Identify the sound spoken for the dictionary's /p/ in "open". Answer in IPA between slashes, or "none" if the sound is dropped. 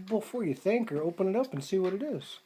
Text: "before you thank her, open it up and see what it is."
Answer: /p/